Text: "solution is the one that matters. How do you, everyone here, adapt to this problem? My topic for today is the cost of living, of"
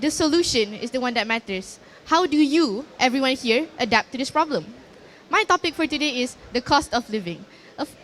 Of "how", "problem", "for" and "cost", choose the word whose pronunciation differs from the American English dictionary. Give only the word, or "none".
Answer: none